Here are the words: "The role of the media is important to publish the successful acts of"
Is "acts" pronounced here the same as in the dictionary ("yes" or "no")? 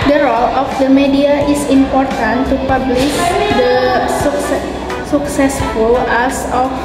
no